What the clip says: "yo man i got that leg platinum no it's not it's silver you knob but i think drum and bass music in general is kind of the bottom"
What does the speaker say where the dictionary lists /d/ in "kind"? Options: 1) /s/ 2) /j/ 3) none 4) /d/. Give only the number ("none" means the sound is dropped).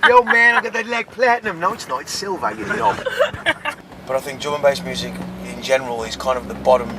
4